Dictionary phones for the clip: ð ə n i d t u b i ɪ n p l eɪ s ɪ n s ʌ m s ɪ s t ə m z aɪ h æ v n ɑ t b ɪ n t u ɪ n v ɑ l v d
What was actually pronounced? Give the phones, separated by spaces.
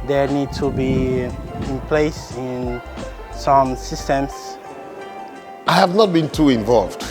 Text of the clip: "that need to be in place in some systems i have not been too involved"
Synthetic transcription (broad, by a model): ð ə n i d t u b i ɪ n p l eɪ s ɪ n s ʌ m s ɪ s t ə m s aɪ h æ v n ɑ t b ɪ n t u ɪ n v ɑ l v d